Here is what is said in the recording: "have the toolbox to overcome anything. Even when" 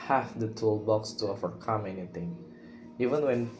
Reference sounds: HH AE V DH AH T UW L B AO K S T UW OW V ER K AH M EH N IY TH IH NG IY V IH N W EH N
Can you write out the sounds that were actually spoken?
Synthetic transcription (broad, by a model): HH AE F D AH T UW L B AO K S T UW OW V ER K AH M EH N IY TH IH NG IY V IH N W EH N